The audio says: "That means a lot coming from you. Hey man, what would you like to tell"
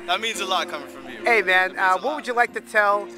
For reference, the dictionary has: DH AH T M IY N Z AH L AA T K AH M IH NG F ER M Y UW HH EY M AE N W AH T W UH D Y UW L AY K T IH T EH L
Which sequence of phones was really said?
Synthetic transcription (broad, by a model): DH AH T M IY N Z AH L AA T K AH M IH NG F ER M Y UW EY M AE N W AH T W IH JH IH L AY K T IH T EH L